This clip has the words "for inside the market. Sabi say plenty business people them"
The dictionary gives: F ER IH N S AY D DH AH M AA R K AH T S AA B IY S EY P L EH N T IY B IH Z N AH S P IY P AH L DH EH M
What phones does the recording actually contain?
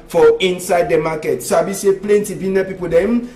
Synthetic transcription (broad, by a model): F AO IH N S AY D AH M AA K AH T S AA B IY S EY P L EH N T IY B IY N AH P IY P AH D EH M